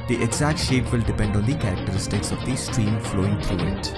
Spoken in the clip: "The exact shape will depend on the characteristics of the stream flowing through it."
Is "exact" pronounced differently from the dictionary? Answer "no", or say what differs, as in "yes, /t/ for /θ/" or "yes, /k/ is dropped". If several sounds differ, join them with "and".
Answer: no